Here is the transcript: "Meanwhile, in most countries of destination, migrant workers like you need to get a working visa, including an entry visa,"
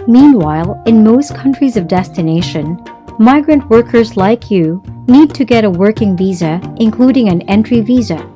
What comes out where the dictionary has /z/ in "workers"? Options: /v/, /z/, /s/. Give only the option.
/z/